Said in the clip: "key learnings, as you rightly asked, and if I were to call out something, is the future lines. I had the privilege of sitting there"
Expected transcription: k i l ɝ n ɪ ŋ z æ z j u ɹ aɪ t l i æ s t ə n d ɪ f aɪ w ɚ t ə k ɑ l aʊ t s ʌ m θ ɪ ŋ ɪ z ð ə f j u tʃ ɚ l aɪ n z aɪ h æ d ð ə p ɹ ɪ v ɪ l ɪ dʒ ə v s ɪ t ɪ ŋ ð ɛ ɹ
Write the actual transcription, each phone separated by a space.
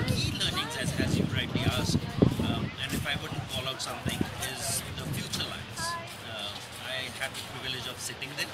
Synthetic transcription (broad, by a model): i l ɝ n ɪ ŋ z æ z j u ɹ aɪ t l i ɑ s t ə n d ɪ f aɪ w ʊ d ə k ɑ l aʊ t s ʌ m t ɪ ŋ ɪ z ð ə f j u tʃ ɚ l aɪ n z aɪ h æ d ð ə p ɹ ɪ v ɪ l ɪ dʒ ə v s ɪ t ɪ ŋ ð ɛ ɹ